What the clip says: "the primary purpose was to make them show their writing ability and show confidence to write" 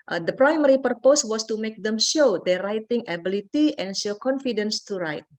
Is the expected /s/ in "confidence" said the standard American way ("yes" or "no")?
yes